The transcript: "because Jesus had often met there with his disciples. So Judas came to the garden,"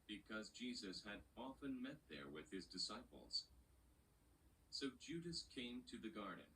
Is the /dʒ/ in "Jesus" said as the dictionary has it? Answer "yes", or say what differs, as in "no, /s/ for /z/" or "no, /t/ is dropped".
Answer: yes